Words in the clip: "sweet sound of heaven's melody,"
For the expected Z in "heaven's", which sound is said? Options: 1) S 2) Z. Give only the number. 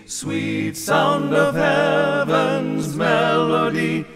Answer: 2